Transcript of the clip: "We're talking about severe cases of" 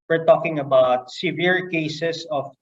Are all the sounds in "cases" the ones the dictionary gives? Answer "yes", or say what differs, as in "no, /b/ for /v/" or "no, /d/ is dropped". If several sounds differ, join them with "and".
no, /s/ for /z/